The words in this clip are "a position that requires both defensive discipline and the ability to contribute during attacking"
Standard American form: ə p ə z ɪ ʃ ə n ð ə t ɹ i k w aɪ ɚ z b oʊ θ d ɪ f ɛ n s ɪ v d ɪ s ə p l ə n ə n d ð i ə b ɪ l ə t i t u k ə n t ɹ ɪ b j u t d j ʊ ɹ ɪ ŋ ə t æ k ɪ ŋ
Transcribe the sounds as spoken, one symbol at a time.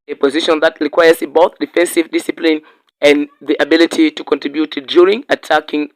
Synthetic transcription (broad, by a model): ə p ə z ɪ ʃ ə n ð ə t ɹ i k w aɪ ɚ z b oʊ θ d ɪ f ɛ n s ɪ v d ɪ s ə p l ə n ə n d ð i ə b ɪ l ə t i t u k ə n t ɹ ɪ b j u t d j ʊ ɹ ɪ ŋ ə t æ k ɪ ŋ